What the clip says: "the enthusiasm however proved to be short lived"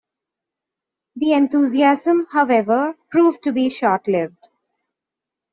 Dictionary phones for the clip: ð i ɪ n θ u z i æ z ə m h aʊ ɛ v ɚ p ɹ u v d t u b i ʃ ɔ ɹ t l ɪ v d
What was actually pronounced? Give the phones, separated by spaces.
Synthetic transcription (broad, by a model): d i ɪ n t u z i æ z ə m h aʊ ɛ v ɚ p ɹ u v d t u b i ʃ ɔ ɹ t l ɪ v d